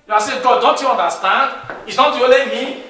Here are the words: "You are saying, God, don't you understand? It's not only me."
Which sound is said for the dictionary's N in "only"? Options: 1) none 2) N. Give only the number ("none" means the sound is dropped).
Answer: 1